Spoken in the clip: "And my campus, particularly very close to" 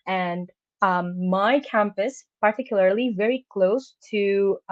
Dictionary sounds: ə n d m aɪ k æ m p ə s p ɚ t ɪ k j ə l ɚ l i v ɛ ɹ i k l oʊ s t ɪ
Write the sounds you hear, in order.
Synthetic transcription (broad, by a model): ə n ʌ m aɪ k æ m p ə s p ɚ t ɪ k j l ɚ l i v ɛ ɹ i k l oʊ s t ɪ